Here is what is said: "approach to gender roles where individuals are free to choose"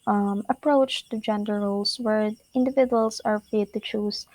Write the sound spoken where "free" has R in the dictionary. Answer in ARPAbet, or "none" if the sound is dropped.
none